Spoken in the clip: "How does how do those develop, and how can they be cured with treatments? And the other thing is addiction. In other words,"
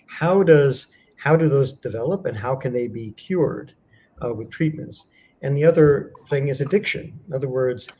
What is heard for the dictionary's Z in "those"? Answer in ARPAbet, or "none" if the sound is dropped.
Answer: Z